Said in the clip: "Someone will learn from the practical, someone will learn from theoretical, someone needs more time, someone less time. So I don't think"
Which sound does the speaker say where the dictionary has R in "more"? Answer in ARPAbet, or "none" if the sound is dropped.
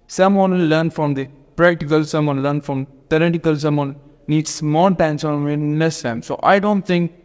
L